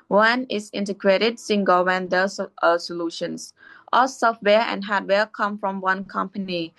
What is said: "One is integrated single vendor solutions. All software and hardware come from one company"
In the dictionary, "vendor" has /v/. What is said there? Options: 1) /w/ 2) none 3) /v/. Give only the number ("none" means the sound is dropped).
1